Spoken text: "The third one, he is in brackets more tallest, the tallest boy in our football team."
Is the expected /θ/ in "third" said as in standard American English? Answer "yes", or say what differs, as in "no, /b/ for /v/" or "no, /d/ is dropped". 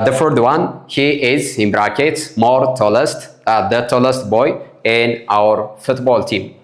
no, /f/ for /θ/